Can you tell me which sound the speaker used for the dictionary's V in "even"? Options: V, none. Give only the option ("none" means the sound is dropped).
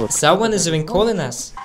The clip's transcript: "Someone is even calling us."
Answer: none